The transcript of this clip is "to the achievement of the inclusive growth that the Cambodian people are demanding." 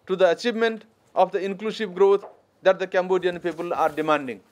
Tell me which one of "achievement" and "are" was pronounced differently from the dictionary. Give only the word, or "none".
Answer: none